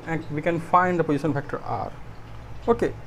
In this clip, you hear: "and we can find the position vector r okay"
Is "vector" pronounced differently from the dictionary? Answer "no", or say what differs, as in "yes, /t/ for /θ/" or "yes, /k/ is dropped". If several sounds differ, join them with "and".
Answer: yes, /f/ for /v/